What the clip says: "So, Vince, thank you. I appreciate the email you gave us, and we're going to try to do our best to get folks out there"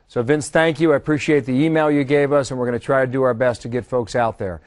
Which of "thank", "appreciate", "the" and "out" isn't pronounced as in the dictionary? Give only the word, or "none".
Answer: none